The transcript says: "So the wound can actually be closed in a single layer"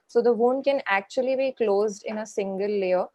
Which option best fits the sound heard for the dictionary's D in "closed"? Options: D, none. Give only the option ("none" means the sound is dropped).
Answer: D